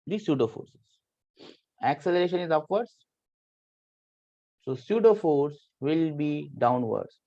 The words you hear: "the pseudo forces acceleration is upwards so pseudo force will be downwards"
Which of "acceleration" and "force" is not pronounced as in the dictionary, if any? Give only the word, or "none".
none